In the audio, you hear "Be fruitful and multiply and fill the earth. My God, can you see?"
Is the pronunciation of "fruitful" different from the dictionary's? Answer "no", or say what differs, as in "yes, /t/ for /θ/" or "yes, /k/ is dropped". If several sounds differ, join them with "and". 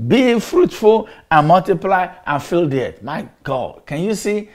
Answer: no